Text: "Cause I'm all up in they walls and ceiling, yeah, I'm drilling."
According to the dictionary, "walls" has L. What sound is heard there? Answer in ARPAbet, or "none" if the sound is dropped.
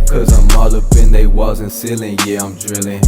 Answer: none